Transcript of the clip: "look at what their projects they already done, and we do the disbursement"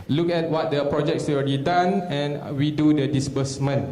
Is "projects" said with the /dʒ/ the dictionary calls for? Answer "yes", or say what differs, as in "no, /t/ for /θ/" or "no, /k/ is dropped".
yes